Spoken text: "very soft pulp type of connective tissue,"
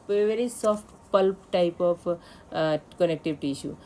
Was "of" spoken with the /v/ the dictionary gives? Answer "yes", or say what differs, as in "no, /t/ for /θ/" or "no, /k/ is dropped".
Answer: no, /p/ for /v/